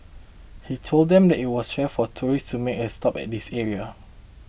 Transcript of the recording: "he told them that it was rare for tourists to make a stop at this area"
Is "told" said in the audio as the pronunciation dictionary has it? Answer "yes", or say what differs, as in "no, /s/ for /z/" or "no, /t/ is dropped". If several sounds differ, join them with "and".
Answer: yes